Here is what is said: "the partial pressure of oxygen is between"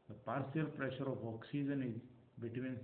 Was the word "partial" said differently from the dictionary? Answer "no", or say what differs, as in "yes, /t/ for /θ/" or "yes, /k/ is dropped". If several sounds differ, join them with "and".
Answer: yes, /s/ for /ʃ/